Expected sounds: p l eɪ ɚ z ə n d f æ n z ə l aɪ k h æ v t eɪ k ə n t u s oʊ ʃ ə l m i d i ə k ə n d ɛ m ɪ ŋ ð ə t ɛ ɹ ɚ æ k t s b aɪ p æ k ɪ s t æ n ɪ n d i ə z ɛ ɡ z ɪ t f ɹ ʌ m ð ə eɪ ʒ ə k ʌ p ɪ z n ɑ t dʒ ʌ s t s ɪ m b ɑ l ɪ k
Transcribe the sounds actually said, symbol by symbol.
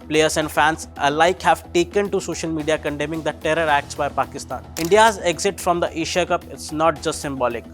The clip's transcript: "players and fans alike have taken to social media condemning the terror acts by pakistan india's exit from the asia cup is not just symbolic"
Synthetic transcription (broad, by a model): p l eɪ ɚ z ə n d f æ n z ə l aɪ k h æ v t eɪ k ə n t u s oʊ ʃ ə l m i d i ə k ə n d ɛ m ɪ ŋ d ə t ɛ ɹ ɚ æ k t s b aɪ p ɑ k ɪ s t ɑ n ɪ n d i ə z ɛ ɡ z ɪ t f ɹ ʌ m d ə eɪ ʃ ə k ʌ p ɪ s n ɑ t dʒ ʌ s t s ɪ m b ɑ l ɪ k